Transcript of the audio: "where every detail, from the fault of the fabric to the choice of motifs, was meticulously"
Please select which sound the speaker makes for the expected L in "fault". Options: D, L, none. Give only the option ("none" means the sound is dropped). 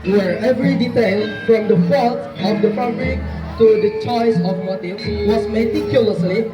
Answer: none